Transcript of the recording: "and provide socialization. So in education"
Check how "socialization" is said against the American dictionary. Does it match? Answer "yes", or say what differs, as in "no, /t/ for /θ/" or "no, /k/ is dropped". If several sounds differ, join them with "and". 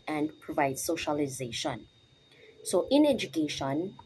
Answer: yes